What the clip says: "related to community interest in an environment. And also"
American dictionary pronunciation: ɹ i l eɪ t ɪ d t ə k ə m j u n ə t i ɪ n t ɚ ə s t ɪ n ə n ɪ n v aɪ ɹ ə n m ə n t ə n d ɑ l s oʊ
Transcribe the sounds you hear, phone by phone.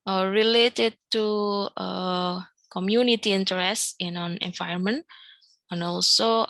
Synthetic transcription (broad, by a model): ɹ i l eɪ t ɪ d t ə k ə m j u n ə t i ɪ n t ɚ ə s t ɪ n ə n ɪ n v aɪ ə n m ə n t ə n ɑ l s oʊ